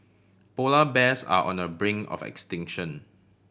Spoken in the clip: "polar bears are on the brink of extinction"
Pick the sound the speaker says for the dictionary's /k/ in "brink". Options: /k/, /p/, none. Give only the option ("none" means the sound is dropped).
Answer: none